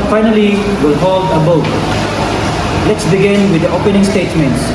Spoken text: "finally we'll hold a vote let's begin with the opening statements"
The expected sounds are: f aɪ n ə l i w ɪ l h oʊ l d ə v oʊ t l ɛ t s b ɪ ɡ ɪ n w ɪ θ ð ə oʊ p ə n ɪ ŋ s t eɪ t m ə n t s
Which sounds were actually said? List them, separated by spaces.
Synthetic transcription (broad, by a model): f aɪ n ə l i w ɪ l h oʊ l d ə b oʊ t l ɛ t s b ɪ ɡ ɪ n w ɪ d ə oʊ p ə n ɪ ŋ s t eɪ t m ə n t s